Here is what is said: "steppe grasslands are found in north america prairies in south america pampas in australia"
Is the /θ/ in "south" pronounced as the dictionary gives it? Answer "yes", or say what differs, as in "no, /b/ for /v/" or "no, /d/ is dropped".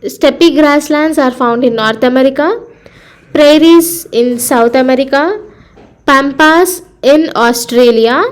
no, /t/ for /θ/